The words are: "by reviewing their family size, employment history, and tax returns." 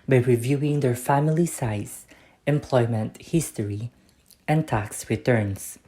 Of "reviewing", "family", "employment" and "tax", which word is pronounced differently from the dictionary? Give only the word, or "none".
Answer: none